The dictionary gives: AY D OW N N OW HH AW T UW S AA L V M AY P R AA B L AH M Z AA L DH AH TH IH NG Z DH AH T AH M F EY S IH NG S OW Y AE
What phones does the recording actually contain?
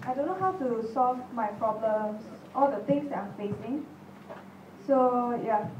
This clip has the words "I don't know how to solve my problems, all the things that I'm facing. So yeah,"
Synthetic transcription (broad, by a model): AY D OW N N OW HH AW T UW S AA L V M AY P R AA B L AH M S AA L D AH T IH NG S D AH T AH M F EY S IH NG S OW Y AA